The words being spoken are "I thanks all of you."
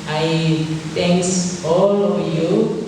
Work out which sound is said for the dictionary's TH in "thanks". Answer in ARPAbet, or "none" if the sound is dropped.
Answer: T